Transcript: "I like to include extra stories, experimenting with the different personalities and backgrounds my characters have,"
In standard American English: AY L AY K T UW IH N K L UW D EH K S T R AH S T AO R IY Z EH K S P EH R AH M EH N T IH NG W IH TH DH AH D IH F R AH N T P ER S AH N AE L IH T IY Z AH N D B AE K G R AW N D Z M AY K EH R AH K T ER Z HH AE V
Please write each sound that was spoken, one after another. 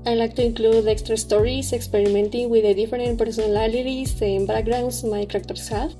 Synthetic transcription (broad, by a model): AY L AY K T UW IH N K L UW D EH K S T R AH S T AO R IY S EH K S P EH R AH M EH N T IH NG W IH DH AH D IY F R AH N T P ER S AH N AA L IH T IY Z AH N B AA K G R AW N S M AY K R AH K T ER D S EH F